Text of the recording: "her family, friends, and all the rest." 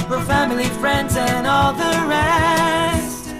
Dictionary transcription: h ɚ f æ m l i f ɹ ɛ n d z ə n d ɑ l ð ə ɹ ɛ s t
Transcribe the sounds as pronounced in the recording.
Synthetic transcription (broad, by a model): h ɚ f æ m l i f ɹ ɛ n d z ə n ɑ l ð ə ɹ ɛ s t